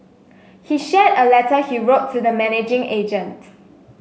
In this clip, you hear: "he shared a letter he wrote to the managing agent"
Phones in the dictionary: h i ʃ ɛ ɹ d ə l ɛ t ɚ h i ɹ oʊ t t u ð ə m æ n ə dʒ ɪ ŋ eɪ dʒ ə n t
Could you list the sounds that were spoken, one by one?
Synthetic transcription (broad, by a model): h i ʃ ɛ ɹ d ə l ɛ t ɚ h i ɹ oʊ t t u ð ə m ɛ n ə dʒ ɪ ŋ eɪ dʒ ə n t